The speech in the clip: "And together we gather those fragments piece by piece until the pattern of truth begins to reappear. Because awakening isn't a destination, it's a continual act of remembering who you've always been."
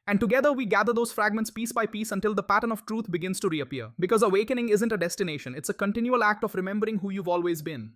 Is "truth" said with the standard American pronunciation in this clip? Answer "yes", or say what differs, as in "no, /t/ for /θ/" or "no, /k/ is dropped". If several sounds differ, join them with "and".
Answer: no, /t/ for /θ/